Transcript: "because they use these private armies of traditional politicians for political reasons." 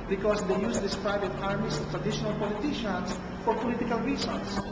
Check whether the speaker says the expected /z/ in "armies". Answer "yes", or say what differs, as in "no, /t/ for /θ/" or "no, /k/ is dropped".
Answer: no, /s/ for /z/